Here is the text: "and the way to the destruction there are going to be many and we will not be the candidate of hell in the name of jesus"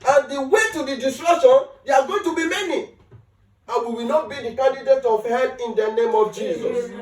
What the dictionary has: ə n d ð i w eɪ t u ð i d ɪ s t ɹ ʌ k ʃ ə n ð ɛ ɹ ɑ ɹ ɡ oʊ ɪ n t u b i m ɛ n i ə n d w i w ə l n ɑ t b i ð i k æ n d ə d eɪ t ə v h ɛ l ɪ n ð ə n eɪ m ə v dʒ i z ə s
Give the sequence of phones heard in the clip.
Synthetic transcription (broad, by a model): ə n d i w eɪ t u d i d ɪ s t ɹ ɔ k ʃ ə n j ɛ ɑ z ɡ oʊ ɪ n t u b i m ɛ n i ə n w i w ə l n ɑ t b i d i k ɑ n d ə d eɪ t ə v h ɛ n ɪ n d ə n eɪ m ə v dʒ i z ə s